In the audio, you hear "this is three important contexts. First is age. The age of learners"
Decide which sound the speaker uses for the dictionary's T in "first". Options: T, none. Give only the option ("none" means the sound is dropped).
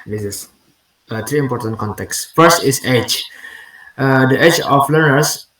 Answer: none